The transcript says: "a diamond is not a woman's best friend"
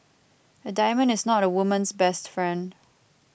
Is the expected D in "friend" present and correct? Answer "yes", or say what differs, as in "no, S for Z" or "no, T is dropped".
yes